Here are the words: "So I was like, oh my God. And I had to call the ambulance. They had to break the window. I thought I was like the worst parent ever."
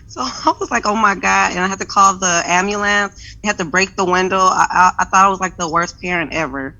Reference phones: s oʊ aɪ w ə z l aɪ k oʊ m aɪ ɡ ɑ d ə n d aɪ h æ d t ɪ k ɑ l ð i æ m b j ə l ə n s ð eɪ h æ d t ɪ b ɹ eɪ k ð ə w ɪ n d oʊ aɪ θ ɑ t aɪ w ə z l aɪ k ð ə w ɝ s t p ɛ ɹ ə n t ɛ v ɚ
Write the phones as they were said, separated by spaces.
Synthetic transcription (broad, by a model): s oʊ aɪ w ə z l aɪ k oʊ m aɪ ɡ ɑ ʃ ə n aɪ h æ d t ɪ k ɑ l ð i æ m j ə l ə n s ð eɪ h æ d t ɪ b ɹ eɪ k ð ə w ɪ n d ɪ aɪ θ ɑ t aɪ w ə z l aɪ k ð ə w ɝ s p ɛ ɹ ə n t ɛ v ɚ